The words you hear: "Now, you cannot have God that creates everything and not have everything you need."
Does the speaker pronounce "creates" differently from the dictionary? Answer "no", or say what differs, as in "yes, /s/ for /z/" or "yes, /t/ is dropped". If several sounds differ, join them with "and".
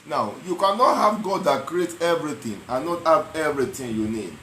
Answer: yes, /s/ is dropped